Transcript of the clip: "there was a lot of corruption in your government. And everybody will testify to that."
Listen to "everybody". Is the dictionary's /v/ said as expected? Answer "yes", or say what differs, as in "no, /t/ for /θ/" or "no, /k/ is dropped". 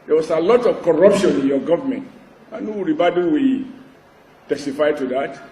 no, /v/ is dropped